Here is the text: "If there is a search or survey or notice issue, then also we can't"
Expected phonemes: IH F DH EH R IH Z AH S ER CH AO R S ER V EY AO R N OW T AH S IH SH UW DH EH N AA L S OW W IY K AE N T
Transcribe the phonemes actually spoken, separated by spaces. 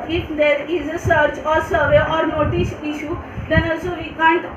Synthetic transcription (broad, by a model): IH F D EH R IH Z AH S ER CH AO R S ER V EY AO R N OW T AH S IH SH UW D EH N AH S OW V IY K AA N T